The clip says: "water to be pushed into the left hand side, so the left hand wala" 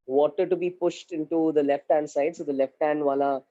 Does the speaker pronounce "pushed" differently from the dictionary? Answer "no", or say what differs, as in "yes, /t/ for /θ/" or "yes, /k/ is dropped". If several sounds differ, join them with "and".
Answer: no